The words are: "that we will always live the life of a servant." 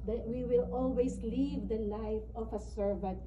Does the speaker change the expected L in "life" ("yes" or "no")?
yes